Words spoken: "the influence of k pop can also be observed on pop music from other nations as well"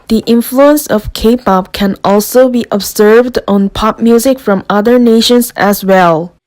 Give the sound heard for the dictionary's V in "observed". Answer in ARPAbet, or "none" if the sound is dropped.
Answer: V